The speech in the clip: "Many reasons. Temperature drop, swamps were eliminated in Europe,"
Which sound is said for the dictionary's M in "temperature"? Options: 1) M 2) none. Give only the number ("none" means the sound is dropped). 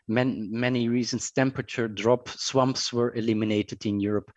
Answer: 1